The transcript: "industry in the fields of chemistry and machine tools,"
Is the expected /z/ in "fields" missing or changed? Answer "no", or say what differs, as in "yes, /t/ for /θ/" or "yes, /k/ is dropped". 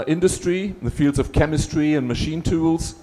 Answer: no